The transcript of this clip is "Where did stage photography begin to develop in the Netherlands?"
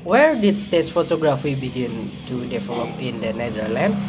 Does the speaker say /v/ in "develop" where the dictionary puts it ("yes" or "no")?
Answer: no